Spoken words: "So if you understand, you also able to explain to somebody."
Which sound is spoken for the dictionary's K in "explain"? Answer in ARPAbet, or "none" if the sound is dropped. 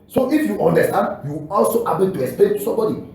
none